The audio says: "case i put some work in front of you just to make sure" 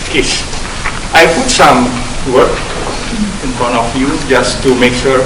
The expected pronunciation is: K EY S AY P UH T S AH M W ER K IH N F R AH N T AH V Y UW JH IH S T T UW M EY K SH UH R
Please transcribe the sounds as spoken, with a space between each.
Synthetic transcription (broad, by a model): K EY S AY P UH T S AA M W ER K IH N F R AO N AH F Y UW JH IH S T T UW M EY K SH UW R